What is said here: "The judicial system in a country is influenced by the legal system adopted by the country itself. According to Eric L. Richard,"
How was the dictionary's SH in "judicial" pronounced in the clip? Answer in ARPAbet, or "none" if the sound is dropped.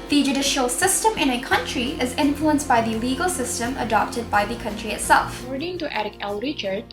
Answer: SH